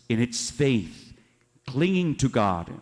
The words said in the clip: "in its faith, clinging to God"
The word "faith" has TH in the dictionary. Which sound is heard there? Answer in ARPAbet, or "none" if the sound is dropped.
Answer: TH